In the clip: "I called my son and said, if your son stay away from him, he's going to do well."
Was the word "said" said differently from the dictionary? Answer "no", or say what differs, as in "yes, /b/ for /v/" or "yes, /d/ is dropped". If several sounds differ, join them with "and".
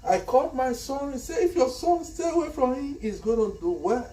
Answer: yes, /d/ is dropped